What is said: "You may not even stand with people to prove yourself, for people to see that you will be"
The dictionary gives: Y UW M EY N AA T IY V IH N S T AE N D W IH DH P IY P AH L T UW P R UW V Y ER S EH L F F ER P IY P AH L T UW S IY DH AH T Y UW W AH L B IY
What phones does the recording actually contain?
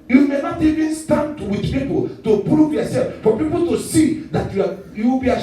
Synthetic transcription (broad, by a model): Y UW M EY N AA T IY V IH N S T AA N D W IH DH P IY P AH L T UW P R UW V Y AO S EH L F F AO P IY P AH L T UW S IY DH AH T Y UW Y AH W B IY